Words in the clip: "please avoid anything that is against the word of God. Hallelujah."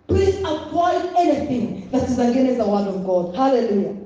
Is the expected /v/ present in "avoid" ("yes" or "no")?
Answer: no